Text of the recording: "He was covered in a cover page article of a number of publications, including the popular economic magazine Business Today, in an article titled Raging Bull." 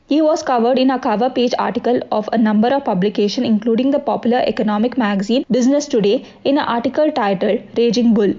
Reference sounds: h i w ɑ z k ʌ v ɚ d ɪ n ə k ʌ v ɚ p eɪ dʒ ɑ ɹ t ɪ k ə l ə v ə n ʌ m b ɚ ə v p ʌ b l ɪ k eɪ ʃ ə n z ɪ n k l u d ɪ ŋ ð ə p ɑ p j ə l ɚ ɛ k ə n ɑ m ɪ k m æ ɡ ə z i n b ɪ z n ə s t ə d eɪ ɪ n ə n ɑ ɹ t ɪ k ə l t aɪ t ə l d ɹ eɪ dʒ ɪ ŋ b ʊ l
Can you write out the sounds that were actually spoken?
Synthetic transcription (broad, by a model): h i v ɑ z k ʌ v ɚ d ɪ n ə k ʌ v ɚ p eɪ dʒ ɑ ɹ t ɪ k ə l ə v ə n ʌ m b ɚ ə v p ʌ b l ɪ k eɪ ʃ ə n ɪ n k l u d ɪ ŋ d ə p ɑ p j ə l ɚ ɛ k ə n ɑ m ɪ k m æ ɡ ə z i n b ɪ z n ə s t ə d eɪ ɪ n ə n ɑ ɹ t ɪ k ə l t aɪ t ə l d ɹ eɪ dʒ ɪ ŋ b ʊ l